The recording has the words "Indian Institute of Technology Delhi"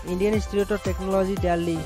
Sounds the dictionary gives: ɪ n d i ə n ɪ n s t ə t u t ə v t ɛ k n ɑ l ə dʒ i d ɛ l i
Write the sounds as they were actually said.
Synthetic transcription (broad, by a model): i n d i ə n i s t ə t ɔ t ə t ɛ k n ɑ l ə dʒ i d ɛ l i